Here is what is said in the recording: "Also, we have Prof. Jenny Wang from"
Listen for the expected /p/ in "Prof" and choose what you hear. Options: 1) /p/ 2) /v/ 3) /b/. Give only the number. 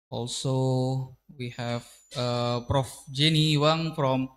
1